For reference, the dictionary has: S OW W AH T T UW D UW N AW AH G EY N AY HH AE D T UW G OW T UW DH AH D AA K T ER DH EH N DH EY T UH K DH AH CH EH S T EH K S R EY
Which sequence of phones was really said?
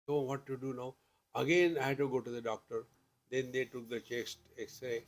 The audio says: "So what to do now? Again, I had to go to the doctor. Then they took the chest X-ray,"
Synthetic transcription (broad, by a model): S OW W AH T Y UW D UW N AW AH G EY N AY HH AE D T UW G OW T UW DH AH D AA K T ER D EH N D EY T UH K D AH CH EH S T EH S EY